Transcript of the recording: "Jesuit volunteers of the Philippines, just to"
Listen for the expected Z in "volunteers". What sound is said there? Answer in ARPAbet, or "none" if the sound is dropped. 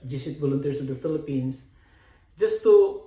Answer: S